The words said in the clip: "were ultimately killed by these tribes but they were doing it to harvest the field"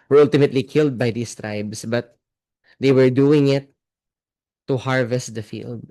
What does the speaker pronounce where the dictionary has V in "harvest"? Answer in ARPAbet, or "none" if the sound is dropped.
V